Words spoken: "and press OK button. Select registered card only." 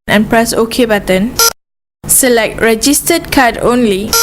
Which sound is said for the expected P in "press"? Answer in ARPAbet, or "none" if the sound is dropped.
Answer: P